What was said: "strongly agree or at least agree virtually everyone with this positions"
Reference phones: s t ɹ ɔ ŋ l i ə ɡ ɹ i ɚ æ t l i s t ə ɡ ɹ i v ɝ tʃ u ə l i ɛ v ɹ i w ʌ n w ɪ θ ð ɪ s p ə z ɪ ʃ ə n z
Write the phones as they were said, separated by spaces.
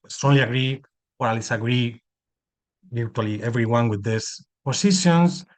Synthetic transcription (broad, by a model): s t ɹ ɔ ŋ l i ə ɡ ɹ i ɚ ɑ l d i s ə ɡ ɹ i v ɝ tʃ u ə l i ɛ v ɹ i w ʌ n w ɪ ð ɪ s p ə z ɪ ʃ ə n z